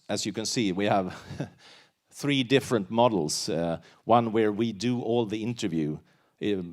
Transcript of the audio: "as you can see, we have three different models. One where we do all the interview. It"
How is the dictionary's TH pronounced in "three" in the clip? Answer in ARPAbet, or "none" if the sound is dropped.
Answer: TH